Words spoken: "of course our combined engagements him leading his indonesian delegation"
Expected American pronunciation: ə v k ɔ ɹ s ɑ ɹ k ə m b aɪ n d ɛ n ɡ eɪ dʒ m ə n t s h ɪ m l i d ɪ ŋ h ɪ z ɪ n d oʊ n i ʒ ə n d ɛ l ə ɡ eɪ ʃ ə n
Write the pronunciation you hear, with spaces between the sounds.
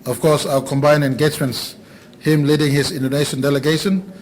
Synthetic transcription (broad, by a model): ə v k ɔ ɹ s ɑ k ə m b aɪ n ɛ n ɡ eɪ dʒ m ə n t s h ɪ m l i d ɪ ŋ h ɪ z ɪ n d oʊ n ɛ ʃ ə n d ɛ l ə ɡ eɪ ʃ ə n